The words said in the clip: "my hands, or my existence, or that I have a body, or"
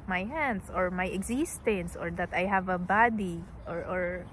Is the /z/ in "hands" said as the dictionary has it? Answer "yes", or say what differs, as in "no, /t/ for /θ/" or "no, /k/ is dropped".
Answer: no, /s/ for /z/